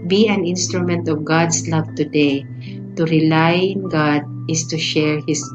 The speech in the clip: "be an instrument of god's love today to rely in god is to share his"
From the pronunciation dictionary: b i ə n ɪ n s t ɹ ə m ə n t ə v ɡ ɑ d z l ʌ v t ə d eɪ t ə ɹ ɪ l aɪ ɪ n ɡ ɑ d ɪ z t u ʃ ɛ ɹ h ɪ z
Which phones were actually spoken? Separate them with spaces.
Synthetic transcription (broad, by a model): b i ə n ɪ n s t ɹ ə m ə n t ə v ɡ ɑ d s l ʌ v t ə d eɪ t ə ɹ ɪ l aɪ ɪ n ɡ ɑ d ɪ s t u ʃ ɛ ɹ h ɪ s